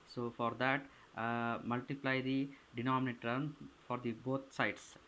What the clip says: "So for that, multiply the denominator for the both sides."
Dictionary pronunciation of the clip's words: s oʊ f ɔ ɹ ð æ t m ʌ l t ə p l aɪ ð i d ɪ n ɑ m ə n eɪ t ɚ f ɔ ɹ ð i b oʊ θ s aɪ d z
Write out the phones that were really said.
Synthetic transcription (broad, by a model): s oʊ f ɔ ɹ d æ t m ʌ l t ə p l aɪ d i d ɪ n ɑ m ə n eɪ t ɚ f ɔ ɹ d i b oʊ t s aɪ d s